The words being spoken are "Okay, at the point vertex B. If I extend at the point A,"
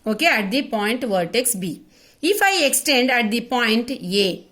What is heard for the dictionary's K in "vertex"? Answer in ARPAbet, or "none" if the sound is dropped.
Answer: K